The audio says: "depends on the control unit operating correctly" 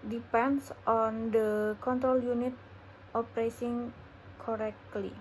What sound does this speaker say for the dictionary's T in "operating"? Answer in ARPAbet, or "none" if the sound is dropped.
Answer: S